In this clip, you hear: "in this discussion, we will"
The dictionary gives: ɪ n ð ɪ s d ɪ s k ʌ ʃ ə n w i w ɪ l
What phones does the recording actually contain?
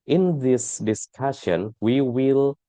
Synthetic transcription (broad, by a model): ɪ n ð ɪ s d ɪ s k ʌ ʃ ə n w i w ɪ l